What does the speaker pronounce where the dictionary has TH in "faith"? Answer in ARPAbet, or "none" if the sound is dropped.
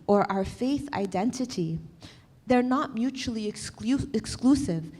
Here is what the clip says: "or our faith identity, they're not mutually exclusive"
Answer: TH